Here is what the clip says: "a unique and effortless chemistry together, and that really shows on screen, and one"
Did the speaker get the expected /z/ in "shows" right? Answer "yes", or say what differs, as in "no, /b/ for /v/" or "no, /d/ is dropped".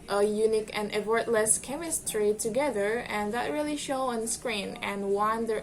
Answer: no, /z/ is dropped